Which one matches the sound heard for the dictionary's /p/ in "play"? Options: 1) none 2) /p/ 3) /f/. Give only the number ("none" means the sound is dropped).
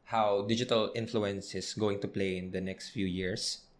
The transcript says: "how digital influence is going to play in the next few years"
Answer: 2